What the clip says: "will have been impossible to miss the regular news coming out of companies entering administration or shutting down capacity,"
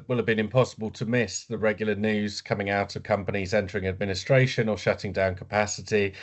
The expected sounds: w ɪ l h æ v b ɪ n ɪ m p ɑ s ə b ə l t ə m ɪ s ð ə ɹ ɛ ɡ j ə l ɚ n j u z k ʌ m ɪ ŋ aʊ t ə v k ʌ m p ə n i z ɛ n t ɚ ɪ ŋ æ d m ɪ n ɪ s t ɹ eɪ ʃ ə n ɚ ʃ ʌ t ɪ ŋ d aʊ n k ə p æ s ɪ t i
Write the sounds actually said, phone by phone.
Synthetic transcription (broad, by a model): w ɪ l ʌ v b ɪ n ɪ m p ɑ s ə b ə l t ə m ɪ s ð ə ɹ ɛ ɡ j l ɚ n j u z k ʌ m ɪ ŋ aʊ t ə v k ʌ m p ə n i z ɛ n t ɚ ɪ ŋ æ d m ɪ n ɪ s t ɹ eɪ ʃ ə n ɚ ʃ ʌ t ɪ ŋ d aʊ n k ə p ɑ s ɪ t i